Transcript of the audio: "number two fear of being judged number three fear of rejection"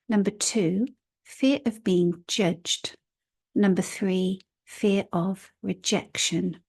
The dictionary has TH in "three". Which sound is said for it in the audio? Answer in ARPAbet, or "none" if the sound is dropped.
TH